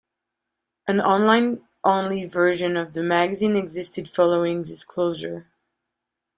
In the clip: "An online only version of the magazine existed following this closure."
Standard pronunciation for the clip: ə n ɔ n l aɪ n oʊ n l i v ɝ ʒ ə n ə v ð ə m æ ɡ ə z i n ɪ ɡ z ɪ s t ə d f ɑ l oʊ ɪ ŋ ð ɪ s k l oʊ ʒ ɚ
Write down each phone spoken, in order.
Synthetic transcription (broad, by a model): ə n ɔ n l aɪ n oʊ n l i v ɝ ʒ ə n ə v ð ə m æ ɡ ə z i n ɪ ɡ z ɪ s t ə d f ɑ l oʊ ɪ ŋ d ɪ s k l oʊ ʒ ɚ